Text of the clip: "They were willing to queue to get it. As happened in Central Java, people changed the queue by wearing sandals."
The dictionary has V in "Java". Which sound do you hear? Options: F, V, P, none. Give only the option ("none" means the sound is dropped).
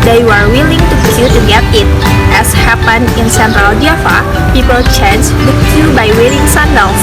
F